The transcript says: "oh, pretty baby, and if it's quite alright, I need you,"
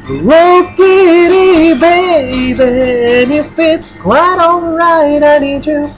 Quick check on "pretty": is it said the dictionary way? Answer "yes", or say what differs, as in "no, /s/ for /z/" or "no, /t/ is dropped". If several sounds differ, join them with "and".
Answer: no, /ɹ/ is dropped